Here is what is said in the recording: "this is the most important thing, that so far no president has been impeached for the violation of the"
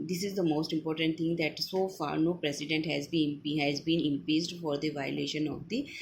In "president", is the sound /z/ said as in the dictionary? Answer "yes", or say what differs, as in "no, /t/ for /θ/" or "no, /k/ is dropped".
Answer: no, /s/ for /z/